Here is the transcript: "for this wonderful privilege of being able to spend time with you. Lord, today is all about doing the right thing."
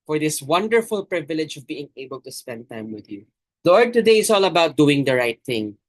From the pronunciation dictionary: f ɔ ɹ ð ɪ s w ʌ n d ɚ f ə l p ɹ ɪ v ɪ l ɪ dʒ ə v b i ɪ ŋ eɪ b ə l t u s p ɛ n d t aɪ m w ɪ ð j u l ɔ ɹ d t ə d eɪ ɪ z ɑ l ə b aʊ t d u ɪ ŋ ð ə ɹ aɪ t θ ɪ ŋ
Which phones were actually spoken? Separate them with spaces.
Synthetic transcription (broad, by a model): f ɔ ɹ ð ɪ s w ʌ n d ɚ f ə l p ɹ ɪ v ɪ l ɪ dʒ ə v b i ɪ ŋ eɪ b ə l t u s p ɛ n d t aɪ m w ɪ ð j u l ɔ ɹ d t ə d eɪ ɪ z ɑ l ə b aʊ t d u ɪ ŋ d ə ɹ aɪ t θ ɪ ŋ